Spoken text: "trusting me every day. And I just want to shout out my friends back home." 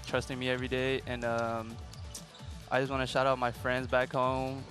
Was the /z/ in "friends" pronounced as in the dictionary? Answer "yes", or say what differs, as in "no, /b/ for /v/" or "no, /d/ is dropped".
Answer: yes